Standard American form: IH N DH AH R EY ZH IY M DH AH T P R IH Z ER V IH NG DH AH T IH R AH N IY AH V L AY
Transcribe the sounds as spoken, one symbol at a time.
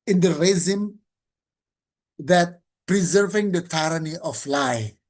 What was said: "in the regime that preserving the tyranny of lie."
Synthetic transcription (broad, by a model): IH N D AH R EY Z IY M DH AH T P R IH Z ER V IH NG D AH T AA R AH N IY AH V L AY